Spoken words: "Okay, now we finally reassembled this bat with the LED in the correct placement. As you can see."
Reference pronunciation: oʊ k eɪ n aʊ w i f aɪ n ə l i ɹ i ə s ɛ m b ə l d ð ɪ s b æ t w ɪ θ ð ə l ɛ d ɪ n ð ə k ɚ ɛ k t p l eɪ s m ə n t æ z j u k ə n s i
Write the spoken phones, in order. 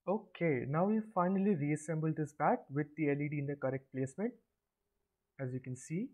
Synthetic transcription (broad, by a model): oʊ k eɪ n aʊ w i f aɪ n ə l i ɹ i ə s ɛ m b ə l d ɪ s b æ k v ɪ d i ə l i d ɪ n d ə k ɚ ɛ k t p l eɪ s m ə n t æ z j u k ə n s i